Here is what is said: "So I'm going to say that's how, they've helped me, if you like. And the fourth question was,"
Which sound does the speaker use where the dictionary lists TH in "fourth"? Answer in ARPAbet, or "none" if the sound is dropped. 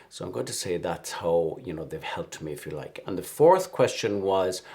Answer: TH